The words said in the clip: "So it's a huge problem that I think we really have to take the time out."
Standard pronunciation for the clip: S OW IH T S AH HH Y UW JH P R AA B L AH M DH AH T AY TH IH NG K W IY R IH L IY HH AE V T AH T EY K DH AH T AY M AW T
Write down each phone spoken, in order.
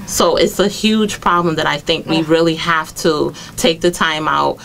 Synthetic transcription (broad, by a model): S OW IH T S AH HH Y UW JH P R AA B L AH M DH AH T AY TH IH NG K W IY R IH L IY HH AE F T AH T EY K DH AH T AY M AW T